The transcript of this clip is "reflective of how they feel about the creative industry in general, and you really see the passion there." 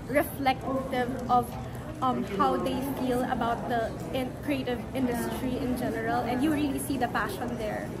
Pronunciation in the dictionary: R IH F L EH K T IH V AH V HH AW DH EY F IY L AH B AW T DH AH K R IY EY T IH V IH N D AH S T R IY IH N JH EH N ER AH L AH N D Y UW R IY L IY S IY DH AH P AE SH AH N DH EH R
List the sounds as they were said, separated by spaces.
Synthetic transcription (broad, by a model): R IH F L EH K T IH V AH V HH AW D EY F IY L AH B AW T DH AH K R IY EY T IH V IH N D AH S T R IY IH N JH EH N ER AH L AH N D Y UW R IY L IY S IY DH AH P AE SH AH N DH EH R